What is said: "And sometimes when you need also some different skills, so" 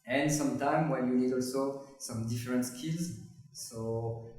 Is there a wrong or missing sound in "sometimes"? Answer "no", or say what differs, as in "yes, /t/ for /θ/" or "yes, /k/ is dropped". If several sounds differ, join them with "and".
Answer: yes, /z/ is dropped